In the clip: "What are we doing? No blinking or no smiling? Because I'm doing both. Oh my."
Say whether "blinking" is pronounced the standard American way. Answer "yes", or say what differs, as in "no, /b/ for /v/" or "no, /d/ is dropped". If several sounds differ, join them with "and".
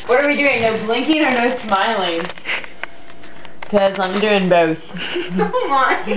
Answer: yes